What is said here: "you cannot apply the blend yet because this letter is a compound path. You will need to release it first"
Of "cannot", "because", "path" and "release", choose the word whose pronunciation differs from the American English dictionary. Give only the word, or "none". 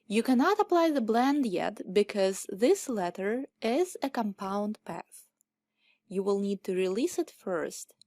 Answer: none